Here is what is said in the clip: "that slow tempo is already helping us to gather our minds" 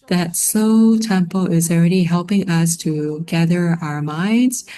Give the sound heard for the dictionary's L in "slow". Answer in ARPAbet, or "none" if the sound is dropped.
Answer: none